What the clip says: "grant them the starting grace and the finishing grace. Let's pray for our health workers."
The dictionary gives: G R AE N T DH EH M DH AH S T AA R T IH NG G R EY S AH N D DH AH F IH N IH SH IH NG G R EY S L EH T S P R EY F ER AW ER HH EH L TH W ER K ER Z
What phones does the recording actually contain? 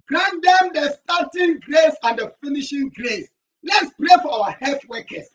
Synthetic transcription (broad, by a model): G R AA N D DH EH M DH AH S T AA T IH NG G R EY S AH N D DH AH F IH N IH SH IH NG G R EY S L EH T S P R EY F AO AW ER HH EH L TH W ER K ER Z